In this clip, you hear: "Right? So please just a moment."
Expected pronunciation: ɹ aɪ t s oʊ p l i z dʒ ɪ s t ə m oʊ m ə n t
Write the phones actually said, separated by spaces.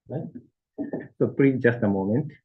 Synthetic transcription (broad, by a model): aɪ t s oʊ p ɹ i dʒ ɪ s t ə m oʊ m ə n t